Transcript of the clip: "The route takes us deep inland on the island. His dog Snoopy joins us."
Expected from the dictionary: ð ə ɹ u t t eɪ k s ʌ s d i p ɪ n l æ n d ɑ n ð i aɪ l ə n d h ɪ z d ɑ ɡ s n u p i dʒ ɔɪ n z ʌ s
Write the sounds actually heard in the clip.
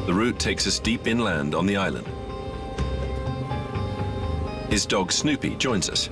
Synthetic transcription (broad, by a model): ð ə ɹ u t t eɪ k s ʌ s d i p ɪ n l æ n d n ð i aɪ l ə n d h ɪ z d ɑ ɡ s n u p i dʒ ɔɪ n z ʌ s